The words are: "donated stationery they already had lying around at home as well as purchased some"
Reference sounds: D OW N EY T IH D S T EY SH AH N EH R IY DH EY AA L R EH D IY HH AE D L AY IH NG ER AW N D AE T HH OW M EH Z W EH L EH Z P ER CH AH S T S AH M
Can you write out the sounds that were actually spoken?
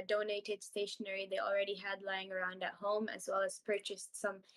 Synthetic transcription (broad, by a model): D OW N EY T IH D S T EY SH AH N EH R IY DH EY AA L R EH D IY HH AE D L AY IH NG ER AW N D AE T HH OW M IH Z W EH L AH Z P ER CH AH S T S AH M